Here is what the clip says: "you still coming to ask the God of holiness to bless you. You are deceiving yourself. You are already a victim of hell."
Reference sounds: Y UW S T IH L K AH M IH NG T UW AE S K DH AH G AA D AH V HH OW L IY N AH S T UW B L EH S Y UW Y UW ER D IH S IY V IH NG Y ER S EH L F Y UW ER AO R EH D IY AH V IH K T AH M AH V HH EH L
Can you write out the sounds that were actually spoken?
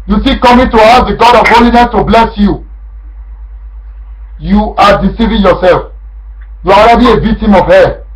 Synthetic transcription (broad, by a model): Y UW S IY K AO M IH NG T UW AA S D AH G AA D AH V HH OW L IY N AH S T UW B L EH S Y UW Y UW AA D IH S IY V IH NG Y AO S EH L F Y UW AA AO R EH D IY AH V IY K T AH M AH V HH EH